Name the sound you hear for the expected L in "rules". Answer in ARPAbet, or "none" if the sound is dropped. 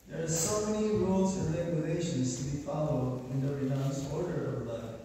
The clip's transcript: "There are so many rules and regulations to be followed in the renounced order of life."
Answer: L